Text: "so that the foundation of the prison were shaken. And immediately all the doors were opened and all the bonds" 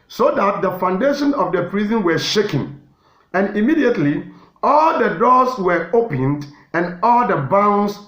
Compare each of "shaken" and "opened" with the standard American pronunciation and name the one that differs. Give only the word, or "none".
none